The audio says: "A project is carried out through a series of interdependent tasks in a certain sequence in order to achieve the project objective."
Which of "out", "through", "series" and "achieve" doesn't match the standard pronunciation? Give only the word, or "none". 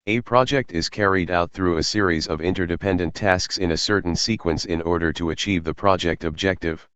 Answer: none